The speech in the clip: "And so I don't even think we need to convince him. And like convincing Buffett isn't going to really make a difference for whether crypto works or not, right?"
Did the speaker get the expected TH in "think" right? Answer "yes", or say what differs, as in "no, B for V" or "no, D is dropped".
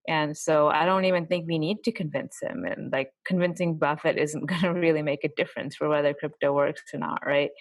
yes